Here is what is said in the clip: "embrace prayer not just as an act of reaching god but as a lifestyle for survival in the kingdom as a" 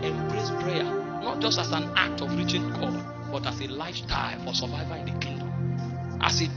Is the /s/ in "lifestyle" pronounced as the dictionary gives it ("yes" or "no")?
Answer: no